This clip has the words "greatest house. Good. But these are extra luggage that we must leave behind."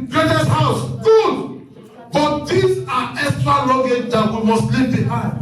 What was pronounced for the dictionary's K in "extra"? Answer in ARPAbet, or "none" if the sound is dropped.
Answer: none